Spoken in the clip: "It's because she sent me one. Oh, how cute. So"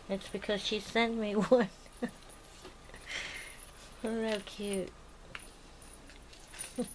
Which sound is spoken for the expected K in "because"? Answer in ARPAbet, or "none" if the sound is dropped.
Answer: K